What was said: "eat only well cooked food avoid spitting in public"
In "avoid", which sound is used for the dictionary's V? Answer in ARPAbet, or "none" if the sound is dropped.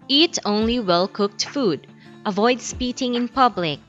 V